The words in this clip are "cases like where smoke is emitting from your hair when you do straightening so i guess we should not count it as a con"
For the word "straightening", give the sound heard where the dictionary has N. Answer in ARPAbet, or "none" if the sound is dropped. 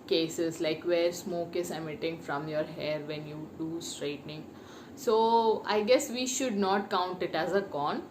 N